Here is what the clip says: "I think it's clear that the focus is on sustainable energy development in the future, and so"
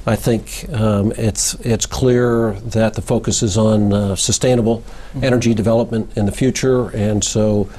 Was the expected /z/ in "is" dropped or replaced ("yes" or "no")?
no